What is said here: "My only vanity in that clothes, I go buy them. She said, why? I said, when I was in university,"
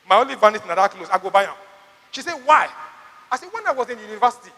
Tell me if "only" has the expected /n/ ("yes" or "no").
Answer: no